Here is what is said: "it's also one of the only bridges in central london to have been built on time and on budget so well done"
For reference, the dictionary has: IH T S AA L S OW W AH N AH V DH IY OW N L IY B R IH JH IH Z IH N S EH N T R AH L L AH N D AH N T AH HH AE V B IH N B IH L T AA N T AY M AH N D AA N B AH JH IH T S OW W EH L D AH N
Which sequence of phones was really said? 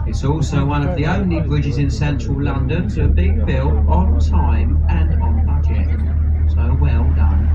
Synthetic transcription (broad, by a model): IH T S AA L S OW W AH N AH V DH IY OW N L IY B R IH JH IH Z IH N S EH N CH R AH L L AH N D AH N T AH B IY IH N B IH L T N T AY M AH N N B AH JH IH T S OW W EH L D AH N